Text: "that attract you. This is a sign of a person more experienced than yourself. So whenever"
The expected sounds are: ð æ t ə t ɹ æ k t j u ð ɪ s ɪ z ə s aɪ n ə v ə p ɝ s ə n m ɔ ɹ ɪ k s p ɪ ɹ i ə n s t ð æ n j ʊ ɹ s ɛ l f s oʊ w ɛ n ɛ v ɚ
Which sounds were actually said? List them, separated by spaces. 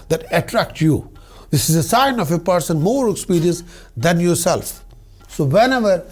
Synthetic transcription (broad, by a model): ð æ t ə t ɹ æ k t j u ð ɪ s ɪ z ə s aɪ n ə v ə p ɝ s ə n m ɔ ɹ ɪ k s p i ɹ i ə s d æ n j ʊ ɹ s ɛ l f s oʊ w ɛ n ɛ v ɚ